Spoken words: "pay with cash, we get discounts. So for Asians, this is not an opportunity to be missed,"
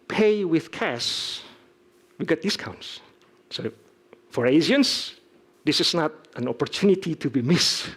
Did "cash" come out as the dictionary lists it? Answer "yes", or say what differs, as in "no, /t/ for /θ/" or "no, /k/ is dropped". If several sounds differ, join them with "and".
no, /s/ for /ʃ/